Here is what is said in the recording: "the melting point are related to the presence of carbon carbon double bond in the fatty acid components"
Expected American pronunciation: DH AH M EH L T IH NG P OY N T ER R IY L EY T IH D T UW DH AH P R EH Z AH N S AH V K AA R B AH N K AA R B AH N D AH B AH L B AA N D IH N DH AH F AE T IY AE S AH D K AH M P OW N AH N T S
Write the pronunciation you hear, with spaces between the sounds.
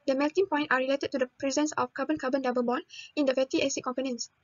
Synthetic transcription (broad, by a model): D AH M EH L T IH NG P OY N T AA R IY L EY T IH D T UW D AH P R EH Z AH N S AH F K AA B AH N K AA B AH N D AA B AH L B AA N IH N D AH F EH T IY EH S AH K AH M P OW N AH N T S